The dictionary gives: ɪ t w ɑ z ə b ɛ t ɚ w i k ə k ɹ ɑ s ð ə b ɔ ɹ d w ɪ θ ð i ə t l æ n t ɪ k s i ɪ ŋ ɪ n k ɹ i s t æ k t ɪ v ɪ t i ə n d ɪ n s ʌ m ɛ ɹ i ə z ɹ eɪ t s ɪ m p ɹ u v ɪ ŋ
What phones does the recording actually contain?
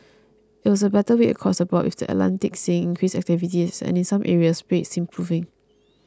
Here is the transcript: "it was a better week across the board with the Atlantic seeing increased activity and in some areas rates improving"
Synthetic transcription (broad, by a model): ɪ t w ɑ s ə b ɛ t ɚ w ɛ ə k ɹ ɑ s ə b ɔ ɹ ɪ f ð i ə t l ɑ n t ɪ k s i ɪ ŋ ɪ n k ɹ i s æ k t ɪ v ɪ t i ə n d ɪ n s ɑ m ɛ ɹ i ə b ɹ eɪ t s ɪ m p ɹ u v ɪ ŋ